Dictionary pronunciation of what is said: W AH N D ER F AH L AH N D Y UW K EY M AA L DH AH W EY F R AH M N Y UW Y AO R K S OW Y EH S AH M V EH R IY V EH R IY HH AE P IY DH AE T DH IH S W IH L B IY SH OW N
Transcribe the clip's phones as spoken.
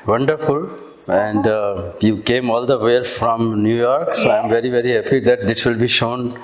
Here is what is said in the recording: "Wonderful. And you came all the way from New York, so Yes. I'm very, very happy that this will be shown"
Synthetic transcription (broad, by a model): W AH N D ER F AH L AH N D Y UW K EY M AA L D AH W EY F R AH M N Y UW Y AO R K S OW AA AH M V EH R IY V EH R IY HH AE P IY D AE T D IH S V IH L B IY SH OW N